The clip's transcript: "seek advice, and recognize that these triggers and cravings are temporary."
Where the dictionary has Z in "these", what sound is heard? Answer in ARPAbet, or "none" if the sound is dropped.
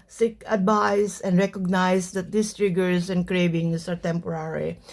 S